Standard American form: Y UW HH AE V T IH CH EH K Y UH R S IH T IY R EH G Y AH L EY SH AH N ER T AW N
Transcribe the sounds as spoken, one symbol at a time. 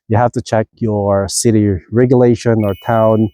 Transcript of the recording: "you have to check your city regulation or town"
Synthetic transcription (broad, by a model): Y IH HH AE F T IH CH EH K Y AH R S IH T IY R EH G Y AH L EY SH AH N ER T AW N